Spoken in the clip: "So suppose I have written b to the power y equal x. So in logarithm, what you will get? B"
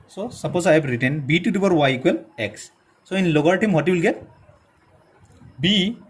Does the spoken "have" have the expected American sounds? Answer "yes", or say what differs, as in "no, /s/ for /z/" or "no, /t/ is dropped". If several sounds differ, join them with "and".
no, /b/ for /v/